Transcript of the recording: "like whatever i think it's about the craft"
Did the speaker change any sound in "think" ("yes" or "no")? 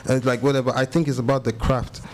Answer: no